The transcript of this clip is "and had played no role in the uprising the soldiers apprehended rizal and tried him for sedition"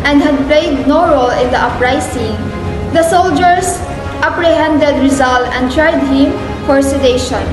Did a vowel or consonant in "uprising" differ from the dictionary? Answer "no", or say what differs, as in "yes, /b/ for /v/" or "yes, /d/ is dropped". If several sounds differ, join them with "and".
yes, /s/ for /z/